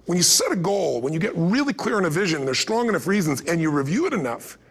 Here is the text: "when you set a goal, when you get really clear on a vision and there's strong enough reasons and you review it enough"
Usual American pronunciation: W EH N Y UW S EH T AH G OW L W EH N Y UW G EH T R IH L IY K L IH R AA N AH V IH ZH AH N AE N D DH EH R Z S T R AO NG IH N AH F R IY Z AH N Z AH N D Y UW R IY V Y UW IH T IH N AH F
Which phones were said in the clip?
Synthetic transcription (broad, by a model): W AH N Y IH S EH T AH G OW L W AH N Y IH G EH T R IH L IY K L IH R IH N AH V IH ZH AH N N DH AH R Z S T R AO NG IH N AH F R IY Z AH N Z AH N Y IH R IY V Y UW IH T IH N AH F